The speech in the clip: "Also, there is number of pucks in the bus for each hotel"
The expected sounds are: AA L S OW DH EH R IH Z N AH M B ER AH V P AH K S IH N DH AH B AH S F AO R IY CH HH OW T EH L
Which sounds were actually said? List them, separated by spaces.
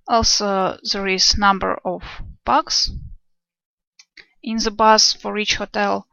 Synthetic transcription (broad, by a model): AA L S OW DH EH R IH Z N AH M B ER AH V B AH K S IH N DH AH B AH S F AO R IY CH HH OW T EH L